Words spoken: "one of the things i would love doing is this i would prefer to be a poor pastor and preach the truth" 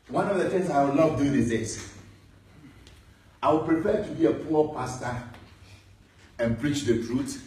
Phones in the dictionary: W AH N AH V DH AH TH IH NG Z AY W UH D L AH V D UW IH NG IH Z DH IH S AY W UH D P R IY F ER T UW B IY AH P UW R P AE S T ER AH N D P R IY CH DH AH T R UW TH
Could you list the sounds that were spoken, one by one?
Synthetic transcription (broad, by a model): W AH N AH V DH AH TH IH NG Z AY W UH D L AH V D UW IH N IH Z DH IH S AY W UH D P R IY P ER T UW B IY AH P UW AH P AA S T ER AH N P R IY CH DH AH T R UW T